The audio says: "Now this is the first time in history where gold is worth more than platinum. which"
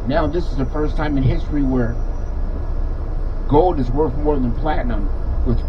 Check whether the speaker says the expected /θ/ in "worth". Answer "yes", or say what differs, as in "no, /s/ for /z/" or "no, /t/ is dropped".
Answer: yes